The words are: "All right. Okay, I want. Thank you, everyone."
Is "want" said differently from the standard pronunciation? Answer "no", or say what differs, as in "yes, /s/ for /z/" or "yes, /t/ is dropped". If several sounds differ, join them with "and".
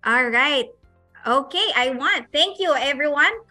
no